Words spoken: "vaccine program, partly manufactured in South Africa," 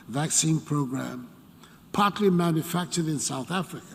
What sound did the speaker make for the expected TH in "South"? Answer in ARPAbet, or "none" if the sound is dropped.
TH